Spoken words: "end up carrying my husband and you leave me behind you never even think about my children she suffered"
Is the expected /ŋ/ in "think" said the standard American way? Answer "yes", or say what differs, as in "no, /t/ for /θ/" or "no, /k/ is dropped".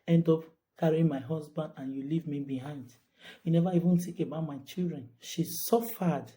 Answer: no, /ŋ/ is dropped